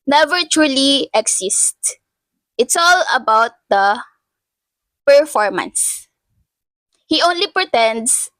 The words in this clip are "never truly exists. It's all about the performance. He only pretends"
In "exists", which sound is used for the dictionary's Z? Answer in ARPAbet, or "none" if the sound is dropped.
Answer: S